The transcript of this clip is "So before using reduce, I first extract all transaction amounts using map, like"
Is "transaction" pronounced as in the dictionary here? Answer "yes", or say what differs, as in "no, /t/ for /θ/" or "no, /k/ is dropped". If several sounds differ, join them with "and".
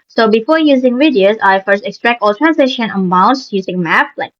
no, /k/ is dropped